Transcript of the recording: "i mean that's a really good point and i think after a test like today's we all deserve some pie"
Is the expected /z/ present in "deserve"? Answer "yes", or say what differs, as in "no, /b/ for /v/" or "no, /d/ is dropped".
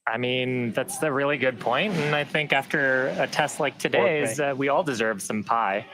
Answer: yes